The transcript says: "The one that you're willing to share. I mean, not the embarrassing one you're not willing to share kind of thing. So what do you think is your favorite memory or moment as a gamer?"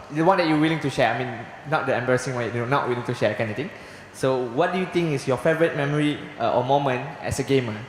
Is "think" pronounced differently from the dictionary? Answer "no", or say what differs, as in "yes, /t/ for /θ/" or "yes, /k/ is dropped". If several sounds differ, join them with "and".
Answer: yes, /t/ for /θ/